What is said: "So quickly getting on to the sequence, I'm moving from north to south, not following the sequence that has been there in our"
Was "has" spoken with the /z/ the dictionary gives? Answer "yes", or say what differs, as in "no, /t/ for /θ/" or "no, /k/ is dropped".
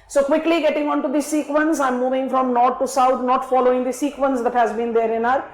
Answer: yes